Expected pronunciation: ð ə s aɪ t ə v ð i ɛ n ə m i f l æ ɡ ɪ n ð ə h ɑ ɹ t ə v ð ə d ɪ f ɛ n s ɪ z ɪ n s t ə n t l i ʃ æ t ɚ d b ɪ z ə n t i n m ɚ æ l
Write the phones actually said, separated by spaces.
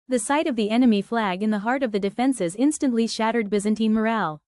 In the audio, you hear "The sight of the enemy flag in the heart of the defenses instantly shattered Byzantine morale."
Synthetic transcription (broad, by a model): ð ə s aɪ t ə v ð i ɛ n ə m i f l æ ɡ ɪ n ð ə h ɑ ɹ t ə v ð ə d ɪ f ɛ n s ɪ z ɪ n s t ə n t l i ʃ æ t ɚ d b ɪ z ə n t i m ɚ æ l